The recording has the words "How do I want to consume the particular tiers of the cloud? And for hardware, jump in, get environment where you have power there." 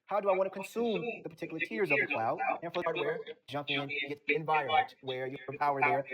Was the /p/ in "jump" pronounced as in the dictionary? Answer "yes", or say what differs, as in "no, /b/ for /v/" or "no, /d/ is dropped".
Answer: yes